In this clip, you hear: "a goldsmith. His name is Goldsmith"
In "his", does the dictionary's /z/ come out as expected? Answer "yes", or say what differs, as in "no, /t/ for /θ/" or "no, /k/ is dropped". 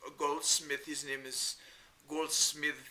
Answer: yes